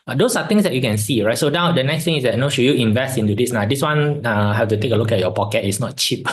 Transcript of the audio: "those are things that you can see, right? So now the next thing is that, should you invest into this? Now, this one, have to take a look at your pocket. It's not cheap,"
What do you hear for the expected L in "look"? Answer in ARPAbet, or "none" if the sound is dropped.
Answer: L